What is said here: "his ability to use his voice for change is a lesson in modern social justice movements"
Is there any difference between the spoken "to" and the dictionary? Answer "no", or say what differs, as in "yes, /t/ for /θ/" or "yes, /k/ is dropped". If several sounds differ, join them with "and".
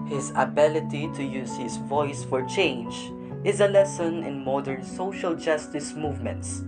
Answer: no